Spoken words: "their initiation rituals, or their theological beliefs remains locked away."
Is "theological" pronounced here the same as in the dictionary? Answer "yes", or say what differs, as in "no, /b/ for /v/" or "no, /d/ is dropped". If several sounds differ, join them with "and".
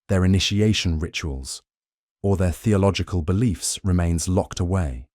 yes